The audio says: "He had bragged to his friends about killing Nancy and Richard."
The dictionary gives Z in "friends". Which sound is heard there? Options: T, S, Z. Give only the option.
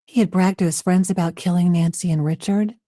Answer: Z